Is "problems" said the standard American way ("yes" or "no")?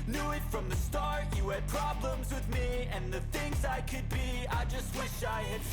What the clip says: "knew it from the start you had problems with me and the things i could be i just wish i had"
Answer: yes